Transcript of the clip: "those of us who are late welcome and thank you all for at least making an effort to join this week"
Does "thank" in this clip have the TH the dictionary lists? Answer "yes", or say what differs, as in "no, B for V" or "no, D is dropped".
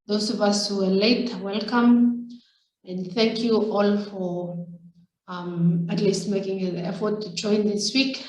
yes